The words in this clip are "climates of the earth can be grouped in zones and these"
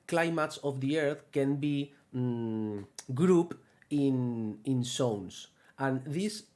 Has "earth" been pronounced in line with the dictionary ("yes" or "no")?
yes